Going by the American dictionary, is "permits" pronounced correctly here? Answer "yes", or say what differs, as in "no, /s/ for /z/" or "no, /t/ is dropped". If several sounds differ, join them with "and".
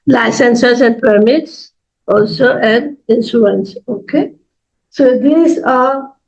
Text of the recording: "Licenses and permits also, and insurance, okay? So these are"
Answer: yes